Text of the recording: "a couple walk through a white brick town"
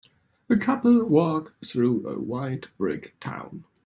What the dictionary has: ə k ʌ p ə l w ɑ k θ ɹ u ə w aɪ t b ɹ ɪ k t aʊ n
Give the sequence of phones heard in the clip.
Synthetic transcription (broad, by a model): ə k ʌ p ə l w ɑ k θ ɹ u ə w aɪ t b ɹ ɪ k t aʊ n